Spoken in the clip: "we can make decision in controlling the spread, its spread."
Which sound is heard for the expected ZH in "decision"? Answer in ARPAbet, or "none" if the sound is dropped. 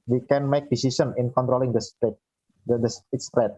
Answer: S